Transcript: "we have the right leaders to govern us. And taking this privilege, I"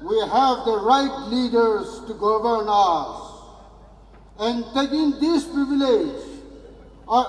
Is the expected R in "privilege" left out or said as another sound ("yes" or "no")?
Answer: no